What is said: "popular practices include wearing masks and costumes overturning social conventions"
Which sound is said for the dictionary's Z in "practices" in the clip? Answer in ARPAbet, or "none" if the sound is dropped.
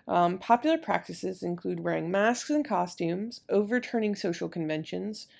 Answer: Z